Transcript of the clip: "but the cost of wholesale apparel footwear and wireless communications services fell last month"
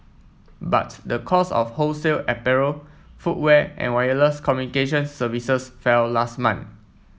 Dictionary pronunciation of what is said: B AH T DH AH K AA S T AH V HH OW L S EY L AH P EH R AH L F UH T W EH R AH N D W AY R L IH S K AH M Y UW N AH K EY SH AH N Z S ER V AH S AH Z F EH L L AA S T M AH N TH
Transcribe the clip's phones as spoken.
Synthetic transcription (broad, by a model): B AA T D AH K AA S AH F HH OW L S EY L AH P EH R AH F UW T W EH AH N W AY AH L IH S K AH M Y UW N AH K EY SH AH N S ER V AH S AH S F EH L L AA S T M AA N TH